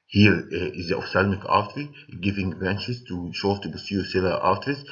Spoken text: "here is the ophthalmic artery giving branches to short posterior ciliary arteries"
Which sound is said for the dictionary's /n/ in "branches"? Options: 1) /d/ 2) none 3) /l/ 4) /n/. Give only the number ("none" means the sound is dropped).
4